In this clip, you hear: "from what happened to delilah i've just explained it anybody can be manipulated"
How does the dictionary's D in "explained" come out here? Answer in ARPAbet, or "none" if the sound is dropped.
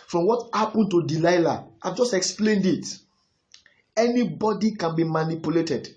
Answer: D